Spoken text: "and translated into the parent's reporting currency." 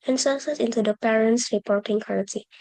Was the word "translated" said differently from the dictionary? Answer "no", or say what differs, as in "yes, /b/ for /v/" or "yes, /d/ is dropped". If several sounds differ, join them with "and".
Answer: yes, /n/ is dropped and /l/ is dropped